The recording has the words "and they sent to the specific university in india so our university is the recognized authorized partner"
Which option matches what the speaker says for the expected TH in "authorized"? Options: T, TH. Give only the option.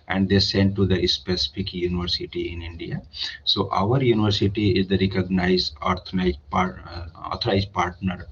T